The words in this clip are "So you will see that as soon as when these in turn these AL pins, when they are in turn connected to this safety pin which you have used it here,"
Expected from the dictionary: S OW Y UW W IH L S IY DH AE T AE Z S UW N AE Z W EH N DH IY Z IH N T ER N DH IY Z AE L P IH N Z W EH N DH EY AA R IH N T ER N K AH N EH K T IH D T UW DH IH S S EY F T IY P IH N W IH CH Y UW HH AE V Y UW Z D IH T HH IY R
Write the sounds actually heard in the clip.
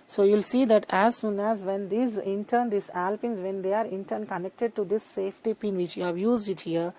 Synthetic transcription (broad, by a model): S OW Y UW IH L S IY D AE T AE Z S UW N AE Z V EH N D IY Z IH N T ER N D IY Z AE L P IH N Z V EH N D EY AA R IH N T ER N K AH N EH K T IH D T UW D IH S S EY F T IY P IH N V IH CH Y UW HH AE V Y UW Z D IH T HH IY R